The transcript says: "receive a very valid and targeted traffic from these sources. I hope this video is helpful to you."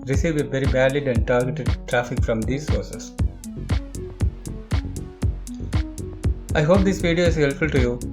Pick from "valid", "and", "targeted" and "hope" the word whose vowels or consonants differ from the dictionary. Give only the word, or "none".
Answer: valid